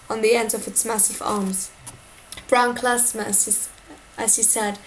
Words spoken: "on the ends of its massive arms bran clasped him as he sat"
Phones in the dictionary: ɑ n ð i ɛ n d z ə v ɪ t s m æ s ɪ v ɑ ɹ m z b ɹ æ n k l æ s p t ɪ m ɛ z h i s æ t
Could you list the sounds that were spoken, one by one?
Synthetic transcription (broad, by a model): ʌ n ð i ɛ n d ə v ɪ t s m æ s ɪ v ɑ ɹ m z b ɹ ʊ n k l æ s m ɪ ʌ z h i s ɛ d